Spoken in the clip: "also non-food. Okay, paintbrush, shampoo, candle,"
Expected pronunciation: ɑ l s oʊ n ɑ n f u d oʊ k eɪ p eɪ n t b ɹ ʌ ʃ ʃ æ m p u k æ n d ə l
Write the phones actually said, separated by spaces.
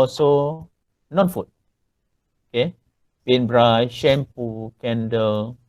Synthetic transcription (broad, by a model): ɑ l s oʊ n ɑ n f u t oʊ k eɪ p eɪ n b ɹ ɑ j ʃ æ m p u k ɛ n d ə l